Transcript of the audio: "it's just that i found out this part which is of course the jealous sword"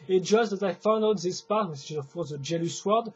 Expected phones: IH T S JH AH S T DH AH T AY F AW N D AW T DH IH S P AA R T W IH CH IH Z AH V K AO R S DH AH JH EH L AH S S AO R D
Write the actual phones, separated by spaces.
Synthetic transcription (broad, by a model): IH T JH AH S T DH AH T AY F AW N D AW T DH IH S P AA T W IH S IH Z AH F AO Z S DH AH JH EH L AH S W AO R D